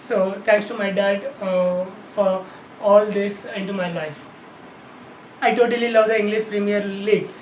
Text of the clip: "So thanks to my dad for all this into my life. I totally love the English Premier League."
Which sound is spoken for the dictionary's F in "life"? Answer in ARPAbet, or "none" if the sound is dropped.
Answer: F